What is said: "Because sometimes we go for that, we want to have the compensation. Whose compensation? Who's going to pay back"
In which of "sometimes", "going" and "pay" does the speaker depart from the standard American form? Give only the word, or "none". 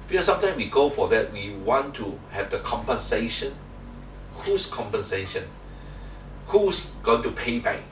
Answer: sometimes